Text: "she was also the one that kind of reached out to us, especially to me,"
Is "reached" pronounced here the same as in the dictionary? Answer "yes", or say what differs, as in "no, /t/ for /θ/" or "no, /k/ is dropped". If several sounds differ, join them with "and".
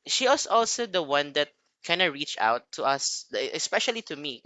no, /t/ is dropped